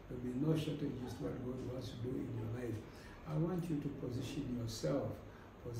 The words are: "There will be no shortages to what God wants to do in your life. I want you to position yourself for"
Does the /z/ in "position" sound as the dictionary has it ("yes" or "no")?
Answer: yes